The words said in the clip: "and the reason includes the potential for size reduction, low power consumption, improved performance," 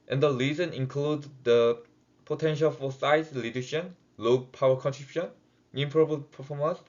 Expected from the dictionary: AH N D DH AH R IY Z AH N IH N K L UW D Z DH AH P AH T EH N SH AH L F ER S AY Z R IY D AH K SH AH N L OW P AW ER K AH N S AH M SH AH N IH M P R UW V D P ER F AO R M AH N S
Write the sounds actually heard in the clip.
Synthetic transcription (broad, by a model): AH N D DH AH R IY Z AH N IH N K L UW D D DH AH P AH T EH N SH AH L F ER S AY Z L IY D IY SH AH N L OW P AW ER K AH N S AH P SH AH N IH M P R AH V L P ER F AO M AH N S